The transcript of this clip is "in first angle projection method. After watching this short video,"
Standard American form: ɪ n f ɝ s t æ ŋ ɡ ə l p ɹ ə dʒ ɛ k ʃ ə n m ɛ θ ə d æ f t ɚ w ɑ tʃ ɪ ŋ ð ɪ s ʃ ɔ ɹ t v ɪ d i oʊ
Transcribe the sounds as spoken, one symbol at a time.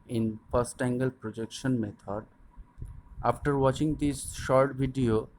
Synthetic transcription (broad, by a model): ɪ n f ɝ s t æ ŋ ɡ ə l p ɹ ə dʒ ɛ k ʃ ə n m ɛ t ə d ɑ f t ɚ w ɑ tʃ ɪ ŋ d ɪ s ʃ ɔ ɹ t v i d i oʊ